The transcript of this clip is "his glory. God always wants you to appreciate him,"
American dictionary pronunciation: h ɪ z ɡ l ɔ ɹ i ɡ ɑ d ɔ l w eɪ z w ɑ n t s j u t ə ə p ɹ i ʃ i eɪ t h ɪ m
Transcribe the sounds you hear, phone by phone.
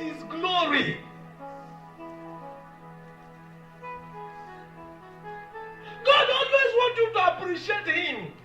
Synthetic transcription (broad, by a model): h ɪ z ɡ l ɔ ɹ i ɡ ɑ d ɔ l w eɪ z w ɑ t j u t ə ə p ɹ i ʃ i eɪ t h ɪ m